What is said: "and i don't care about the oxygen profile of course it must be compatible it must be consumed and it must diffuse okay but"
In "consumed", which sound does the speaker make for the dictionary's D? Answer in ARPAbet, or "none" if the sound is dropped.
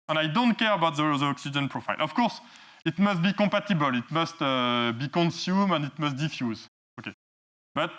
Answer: none